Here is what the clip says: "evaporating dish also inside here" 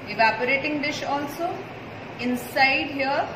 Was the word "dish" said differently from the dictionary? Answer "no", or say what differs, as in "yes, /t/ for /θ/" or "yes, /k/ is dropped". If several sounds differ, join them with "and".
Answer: no